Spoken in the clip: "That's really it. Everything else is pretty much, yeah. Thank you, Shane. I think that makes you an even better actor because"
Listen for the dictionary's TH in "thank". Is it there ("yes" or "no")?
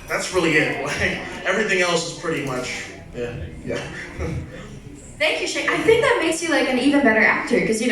yes